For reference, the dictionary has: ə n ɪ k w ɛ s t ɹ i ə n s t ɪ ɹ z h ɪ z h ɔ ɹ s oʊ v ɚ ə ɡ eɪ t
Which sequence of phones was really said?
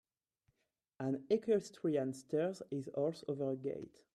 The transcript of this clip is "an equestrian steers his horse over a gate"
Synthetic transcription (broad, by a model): ə n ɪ k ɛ s t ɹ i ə n s t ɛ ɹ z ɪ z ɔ l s oʊ v ɚ ə ɡ eɪ t